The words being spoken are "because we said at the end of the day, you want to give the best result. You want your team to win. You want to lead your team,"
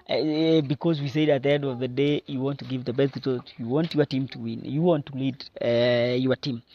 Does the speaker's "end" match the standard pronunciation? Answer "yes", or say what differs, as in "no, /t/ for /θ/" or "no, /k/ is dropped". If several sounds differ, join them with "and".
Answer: yes